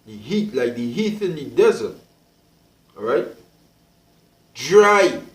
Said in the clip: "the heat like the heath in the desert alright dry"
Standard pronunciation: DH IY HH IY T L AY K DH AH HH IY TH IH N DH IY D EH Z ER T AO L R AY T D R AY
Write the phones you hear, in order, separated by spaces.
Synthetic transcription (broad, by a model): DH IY HH IY T L AY K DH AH HH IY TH IH N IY D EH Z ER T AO R AY T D R AY